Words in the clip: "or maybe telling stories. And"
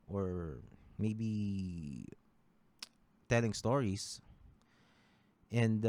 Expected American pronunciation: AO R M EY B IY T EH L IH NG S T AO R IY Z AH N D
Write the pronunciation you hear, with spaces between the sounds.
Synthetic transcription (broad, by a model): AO R M EY B IY T EH L IH NG S T AO R IY S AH N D